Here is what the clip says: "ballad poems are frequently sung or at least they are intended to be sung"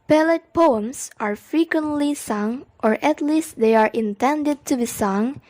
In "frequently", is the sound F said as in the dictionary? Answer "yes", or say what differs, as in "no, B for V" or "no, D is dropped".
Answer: yes